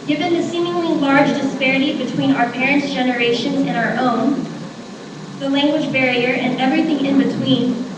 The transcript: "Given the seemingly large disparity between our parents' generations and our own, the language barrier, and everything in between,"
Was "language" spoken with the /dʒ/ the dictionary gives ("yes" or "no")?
yes